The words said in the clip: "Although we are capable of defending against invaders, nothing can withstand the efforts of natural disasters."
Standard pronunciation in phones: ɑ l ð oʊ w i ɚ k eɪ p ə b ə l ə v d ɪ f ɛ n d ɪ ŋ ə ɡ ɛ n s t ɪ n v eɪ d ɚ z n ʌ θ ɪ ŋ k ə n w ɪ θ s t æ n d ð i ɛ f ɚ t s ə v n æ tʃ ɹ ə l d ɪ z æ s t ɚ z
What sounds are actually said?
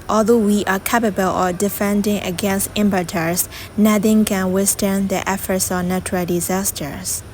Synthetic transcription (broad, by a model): ɑ l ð oʊ w i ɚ k eɪ p ə b ə l ə v d ɪ f ɛ n d ɪ ŋ ə ɡ ɛ n s t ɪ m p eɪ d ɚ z n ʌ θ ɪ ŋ k ə n w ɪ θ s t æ n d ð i ɛ f ɚ t s ə v n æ tʃ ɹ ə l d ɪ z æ s t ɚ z